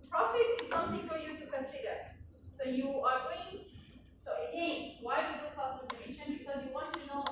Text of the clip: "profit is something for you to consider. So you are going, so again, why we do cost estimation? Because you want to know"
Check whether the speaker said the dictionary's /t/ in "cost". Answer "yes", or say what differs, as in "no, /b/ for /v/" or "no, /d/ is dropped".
no, /t/ is dropped